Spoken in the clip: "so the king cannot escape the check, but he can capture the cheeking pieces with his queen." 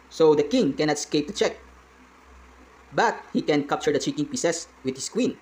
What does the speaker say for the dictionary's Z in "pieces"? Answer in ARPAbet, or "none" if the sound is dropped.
S